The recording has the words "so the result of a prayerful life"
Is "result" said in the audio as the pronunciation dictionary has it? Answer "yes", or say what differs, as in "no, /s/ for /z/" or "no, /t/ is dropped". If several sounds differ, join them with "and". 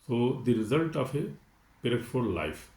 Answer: yes